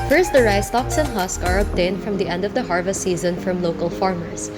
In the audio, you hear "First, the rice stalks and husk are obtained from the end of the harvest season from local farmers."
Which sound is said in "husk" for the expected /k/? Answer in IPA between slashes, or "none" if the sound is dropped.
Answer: /k/